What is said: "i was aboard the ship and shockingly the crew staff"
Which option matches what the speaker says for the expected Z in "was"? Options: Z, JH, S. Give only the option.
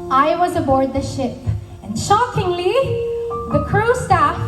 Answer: Z